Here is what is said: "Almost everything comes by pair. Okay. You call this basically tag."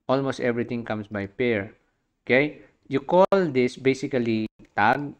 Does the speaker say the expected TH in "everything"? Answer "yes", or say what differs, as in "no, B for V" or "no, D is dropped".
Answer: no, T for TH